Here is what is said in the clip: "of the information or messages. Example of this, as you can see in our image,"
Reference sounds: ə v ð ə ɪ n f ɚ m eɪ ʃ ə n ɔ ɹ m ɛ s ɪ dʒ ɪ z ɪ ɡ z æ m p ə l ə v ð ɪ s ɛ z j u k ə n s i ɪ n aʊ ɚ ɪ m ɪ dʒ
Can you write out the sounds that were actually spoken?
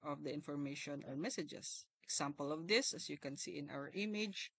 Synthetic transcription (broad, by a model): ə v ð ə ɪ n f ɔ m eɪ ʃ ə n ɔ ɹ m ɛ s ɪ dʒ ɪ s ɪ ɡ s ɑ m p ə l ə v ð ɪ s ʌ s j u k ə n s i ɪ n aʊ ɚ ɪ m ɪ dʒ